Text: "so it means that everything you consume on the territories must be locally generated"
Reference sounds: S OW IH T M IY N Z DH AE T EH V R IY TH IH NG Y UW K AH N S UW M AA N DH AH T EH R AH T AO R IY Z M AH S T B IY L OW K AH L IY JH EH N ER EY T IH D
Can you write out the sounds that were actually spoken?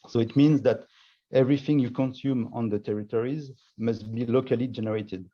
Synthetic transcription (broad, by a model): S OW IH T M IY N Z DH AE T EH V R IY TH IH NG Y UW K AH N S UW M AA N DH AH T EH R AH T AO R IY Z M AH S T B IY L OW K AH L IY JH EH N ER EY T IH D